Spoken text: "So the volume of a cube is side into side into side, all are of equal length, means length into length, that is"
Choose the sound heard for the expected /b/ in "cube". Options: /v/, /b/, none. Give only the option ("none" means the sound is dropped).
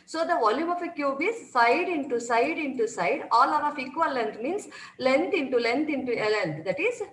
/b/